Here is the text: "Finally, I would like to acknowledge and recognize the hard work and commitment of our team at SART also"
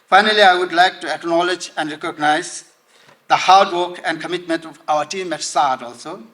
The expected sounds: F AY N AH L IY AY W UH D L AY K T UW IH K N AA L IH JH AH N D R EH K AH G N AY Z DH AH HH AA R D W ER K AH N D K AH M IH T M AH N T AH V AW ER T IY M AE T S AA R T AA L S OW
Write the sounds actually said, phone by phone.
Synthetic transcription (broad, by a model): F AY N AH L IY AY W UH D L AY K T UW IH K N AA L IH JH AH N D R EH K AH G N AY Z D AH HH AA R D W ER K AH N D K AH M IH T M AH N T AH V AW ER T IY M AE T S AA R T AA L S OW